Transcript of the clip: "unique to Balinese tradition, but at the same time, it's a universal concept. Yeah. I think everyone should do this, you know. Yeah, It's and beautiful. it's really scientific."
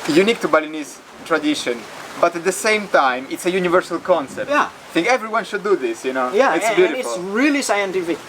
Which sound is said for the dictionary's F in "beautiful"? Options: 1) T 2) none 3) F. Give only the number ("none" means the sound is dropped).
2